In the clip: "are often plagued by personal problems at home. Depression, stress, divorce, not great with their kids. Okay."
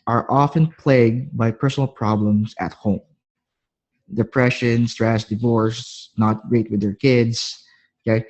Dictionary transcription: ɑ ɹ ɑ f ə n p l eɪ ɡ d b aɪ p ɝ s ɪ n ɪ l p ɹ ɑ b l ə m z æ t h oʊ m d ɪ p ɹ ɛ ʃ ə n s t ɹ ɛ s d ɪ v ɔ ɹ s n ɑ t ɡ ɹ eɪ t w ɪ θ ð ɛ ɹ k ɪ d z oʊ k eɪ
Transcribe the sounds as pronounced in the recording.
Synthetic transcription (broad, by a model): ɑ ɹ ɑ f ə n p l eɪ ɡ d b aɪ p ɝ s ɪ n ɪ l p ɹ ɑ b l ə m s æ t h oʊ m d ɪ p ɹ ɛ ʃ ə n s t ɹ ɛ s d ɪ v ɔ ɹ s n ɑ t ɡ ɹ eɪ t w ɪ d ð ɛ ɹ k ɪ d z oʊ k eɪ